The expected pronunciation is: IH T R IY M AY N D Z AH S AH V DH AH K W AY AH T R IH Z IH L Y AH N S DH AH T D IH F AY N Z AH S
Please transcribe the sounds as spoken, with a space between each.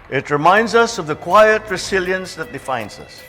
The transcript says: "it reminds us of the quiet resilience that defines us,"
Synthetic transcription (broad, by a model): IH T R IY M AY N D Z AH S AH V DH AH K W AY AH T R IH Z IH L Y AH N S DH AH T D IH F AY N Z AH S